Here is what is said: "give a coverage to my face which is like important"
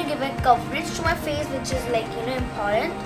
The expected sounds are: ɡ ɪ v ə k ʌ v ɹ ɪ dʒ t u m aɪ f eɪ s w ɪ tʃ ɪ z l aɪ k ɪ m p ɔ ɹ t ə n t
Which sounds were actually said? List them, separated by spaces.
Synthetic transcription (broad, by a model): ɡ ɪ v ə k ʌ p ɹ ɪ tʃ t u m aɪ f eɪ s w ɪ tʃ ɪ z l aɪ k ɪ m p ɔ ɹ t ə n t